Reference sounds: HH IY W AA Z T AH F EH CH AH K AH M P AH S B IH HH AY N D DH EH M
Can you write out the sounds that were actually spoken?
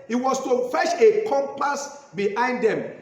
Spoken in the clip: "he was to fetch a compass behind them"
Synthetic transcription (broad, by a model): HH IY W AA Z T AH F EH SH AH K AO M P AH S B IH HH AY N D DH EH M